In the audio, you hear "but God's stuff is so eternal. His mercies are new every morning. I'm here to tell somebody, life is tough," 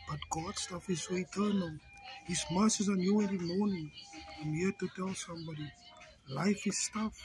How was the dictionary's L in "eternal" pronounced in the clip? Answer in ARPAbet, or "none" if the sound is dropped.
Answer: L